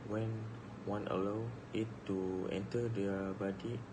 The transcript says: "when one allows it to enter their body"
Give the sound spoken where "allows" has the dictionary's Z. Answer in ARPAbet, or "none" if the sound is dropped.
none